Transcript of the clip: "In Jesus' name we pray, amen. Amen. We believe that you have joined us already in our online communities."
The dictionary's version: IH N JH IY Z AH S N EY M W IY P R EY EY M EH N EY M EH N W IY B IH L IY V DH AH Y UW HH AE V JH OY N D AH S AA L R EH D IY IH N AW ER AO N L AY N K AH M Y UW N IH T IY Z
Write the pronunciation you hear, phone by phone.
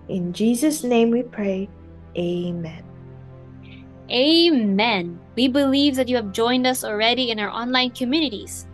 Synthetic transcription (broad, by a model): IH N JH IY Z AH S N EY M W IY P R EY EY M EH N EY M EH N W IY B IH L IY V DH AH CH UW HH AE V JH OY N D AH S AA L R EH D IY IH N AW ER AO N L AY N K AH M Y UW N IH T IY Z